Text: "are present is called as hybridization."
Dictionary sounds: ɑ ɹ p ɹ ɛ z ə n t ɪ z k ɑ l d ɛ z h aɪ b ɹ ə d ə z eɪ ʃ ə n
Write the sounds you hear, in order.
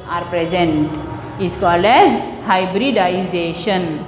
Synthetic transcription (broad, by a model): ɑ ɹ p ɹ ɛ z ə n t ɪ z k ɑ l d ɛ z h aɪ b ɹ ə d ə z eɪ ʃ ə n